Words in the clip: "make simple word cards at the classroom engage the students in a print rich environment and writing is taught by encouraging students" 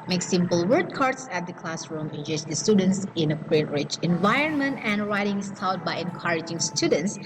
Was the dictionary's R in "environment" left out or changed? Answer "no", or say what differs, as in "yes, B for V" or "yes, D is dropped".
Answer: no